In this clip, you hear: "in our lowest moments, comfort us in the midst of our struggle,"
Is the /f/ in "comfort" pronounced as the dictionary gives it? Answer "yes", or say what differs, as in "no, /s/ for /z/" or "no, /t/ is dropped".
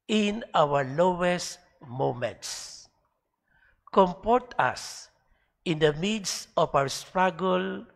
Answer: no, /p/ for /f/